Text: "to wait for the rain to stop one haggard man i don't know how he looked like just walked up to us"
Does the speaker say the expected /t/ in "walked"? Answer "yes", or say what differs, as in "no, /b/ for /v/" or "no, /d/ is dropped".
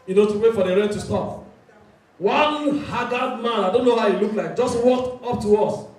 yes